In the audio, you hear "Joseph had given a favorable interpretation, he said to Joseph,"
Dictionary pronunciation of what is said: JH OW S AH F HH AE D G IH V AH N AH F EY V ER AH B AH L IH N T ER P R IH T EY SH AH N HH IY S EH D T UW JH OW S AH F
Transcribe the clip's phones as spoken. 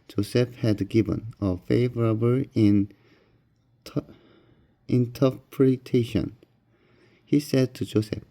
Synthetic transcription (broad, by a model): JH OW S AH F HH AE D G IH V AH N AH F EY V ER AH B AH N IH N T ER P R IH T EY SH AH N HH IY S EH D T UW JH OW S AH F